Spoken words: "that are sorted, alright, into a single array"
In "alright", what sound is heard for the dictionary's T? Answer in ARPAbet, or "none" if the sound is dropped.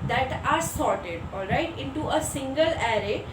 T